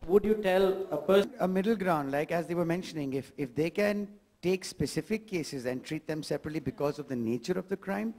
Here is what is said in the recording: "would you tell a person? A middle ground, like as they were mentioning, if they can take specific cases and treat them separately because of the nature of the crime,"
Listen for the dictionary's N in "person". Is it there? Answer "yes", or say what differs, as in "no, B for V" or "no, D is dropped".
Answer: no, N is dropped